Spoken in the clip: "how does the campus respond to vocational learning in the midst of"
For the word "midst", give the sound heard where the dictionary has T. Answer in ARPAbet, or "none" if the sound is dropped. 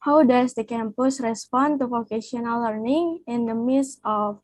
none